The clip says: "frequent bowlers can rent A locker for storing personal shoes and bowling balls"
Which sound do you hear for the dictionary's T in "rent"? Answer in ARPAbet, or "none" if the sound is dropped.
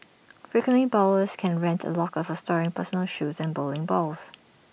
T